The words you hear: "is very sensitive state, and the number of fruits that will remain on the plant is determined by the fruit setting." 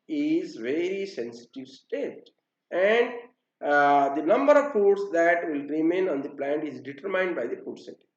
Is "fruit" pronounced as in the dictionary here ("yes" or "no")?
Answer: no